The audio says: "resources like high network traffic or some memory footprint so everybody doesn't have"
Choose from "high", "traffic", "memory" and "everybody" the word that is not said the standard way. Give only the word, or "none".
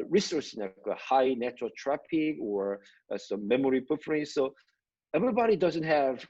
traffic